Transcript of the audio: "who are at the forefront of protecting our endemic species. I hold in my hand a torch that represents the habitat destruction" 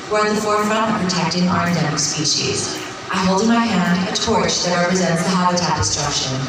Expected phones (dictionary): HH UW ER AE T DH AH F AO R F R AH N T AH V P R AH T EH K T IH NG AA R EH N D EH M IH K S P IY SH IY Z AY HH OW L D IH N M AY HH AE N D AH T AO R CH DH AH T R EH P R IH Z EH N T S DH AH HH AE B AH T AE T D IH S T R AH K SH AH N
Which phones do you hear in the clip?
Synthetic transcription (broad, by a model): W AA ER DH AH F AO R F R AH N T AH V P R AH T EH K T IH NG AA R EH D EH M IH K S P IY SH IY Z AY HH OW L D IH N M AY HH AE N D AH T AO R CH DH AH T R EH P R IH Z EH N T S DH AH HH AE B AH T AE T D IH S T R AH K SH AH N